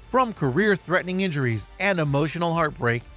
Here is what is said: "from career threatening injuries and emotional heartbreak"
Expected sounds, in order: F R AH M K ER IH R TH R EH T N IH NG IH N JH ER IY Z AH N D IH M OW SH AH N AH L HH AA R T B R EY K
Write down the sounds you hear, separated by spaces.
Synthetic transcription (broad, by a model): F R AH M K ER IH R TH R EH T N IH NG IH N JH ER IY Z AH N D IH M OW SH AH N L HH AA R T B R EY K